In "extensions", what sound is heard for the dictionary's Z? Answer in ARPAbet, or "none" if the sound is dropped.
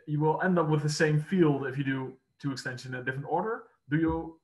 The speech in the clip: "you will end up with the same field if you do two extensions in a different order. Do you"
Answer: none